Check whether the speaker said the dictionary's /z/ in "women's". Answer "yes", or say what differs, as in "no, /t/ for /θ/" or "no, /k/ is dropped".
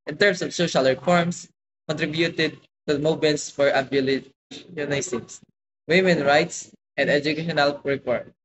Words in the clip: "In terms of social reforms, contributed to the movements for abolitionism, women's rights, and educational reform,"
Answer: no, /z/ is dropped